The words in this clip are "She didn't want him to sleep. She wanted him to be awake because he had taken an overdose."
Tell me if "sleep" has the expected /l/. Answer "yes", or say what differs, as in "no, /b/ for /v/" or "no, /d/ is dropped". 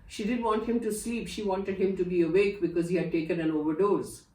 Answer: yes